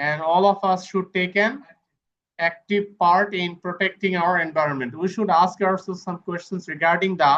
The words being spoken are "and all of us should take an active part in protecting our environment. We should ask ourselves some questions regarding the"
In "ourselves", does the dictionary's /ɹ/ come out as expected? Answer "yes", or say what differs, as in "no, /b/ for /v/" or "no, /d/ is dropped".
no, /l/ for /ɹ/